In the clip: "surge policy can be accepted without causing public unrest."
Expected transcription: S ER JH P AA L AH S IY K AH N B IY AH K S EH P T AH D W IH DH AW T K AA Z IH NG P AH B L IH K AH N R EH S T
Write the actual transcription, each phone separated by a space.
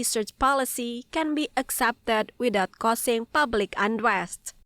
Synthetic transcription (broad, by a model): S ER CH P AA L AH S IY K AH N B IY AH K S EH P T AH D W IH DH AW T K AA S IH NG P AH B L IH K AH N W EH S T